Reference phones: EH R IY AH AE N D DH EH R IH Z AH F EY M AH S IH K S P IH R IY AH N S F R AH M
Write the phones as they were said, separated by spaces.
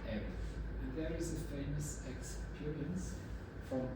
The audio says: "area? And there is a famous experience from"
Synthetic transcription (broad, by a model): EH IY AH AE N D DH EH R IH Z AH F EY M AH S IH K S P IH R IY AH N S F R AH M